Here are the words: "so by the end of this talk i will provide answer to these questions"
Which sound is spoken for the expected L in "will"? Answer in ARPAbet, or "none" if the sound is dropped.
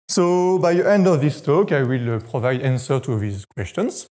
L